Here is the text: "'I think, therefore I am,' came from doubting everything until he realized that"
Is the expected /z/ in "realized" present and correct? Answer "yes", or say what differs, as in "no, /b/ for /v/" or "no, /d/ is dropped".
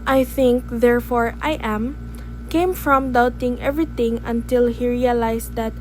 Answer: no, /s/ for /z/